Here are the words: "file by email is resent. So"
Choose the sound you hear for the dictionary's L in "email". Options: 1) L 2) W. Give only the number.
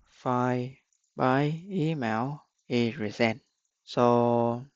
2